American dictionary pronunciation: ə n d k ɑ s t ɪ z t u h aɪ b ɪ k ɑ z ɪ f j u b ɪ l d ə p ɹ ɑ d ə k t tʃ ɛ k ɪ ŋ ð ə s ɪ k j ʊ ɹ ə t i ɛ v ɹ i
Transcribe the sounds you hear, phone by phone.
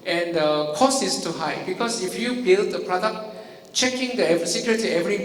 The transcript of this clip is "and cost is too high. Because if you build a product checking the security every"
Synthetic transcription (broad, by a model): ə n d k ɑ s ɪ s t u h aɪ b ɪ k ɑ s ɪ f j u b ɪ l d ə p ɹ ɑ d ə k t tʃ ɛ k ɪ ŋ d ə s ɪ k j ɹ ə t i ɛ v ɹ i